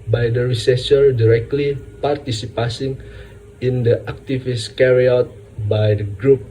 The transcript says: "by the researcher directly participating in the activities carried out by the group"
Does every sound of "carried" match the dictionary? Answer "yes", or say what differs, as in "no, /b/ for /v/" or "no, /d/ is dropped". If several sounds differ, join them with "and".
no, /d/ is dropped